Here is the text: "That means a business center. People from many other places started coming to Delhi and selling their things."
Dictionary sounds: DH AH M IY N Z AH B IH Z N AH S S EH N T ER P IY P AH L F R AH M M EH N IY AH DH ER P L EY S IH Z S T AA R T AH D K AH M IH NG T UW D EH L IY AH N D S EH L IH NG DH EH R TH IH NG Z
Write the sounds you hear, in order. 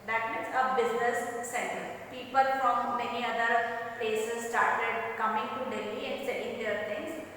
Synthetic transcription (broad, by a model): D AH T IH Z AH B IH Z N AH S S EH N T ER P IY P AH L F R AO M M EH N IY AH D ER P L EY S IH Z S T AA R T AH D K AH M IH NG T UW D EH L IY AH N D S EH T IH NG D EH R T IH NG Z